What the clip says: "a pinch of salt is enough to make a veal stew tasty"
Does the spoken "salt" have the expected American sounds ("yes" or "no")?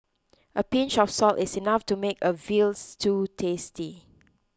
yes